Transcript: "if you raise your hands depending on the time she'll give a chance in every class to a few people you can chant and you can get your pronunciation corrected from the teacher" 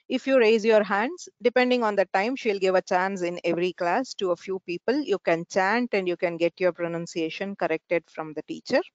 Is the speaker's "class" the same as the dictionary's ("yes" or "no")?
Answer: yes